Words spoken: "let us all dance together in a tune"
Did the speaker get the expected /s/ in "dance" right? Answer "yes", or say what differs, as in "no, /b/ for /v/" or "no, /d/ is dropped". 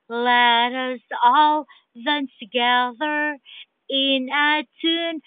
no, /s/ is dropped